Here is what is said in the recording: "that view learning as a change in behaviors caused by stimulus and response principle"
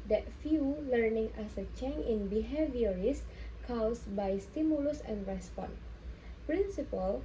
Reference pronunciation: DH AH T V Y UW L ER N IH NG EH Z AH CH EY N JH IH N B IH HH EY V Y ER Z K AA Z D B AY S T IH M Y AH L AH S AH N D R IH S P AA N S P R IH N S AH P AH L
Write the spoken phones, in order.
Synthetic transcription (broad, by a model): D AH T F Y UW L ER N IH NG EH S AH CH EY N IH N B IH HH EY V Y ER S K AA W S B AY S T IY M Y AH L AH S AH N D R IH S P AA N P R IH N S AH P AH L